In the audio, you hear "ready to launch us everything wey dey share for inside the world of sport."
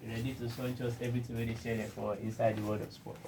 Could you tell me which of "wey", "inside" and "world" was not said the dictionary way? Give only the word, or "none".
world